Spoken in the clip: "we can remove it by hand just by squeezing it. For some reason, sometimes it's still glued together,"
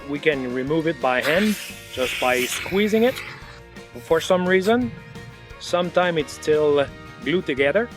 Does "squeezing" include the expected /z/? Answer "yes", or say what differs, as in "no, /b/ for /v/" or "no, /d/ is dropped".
yes